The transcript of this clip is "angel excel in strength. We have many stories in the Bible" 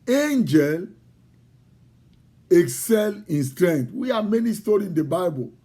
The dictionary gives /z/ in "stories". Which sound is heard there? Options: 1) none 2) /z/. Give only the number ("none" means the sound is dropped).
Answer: 1